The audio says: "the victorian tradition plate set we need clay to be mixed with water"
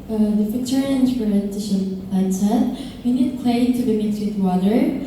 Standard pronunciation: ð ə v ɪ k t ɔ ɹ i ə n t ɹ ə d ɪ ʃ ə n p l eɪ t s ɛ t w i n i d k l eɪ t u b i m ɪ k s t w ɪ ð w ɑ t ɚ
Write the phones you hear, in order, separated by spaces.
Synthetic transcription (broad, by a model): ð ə f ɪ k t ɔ ɹ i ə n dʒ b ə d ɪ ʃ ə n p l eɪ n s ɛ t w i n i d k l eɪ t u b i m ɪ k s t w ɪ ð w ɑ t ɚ